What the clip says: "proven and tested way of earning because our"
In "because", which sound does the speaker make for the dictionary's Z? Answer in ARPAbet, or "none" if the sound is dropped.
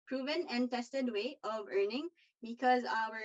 Z